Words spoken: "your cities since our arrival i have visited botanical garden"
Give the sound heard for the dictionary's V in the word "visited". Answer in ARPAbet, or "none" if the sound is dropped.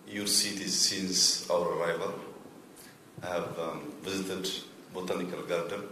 V